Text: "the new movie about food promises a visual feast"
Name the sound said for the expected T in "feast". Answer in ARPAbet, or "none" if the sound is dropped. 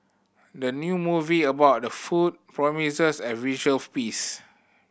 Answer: none